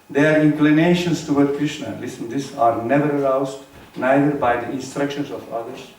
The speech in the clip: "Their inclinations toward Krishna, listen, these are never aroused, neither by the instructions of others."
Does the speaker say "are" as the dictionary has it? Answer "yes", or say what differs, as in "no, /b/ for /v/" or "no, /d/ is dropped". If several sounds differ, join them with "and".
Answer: yes